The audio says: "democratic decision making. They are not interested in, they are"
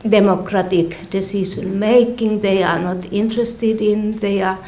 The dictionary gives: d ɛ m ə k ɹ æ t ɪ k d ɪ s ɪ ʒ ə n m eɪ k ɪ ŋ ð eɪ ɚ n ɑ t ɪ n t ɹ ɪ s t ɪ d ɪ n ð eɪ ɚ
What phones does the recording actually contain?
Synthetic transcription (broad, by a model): d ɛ m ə k ɹ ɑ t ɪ k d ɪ s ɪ s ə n m eɪ k ɪ ŋ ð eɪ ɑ n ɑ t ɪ n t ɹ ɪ s t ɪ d ɪ n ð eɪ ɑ